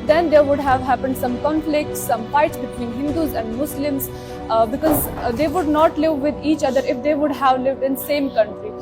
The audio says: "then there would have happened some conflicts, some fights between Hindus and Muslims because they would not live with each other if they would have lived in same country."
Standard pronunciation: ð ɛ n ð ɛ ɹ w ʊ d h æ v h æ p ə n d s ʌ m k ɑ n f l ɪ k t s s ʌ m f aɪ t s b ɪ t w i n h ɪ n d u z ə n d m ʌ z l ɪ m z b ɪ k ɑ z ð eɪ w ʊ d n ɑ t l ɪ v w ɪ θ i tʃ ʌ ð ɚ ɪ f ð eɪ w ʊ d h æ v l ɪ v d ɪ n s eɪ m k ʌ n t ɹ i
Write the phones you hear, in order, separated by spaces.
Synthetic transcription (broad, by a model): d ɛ n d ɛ ɹ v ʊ d h æ v h æ p ə n d s ʌ m k ɑ n f l ɪ k t s s ʌ m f aɪ t s b ɪ t w i n h ɪ n d u z ə n d m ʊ s l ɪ m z b ɪ k ɑ z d eɪ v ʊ d n ɑ t l ɪ v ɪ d i tʃ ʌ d ɚ ɪ f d eɪ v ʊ d h æ v l ɪ v d ɪ n s eɪ m k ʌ n t ɹ i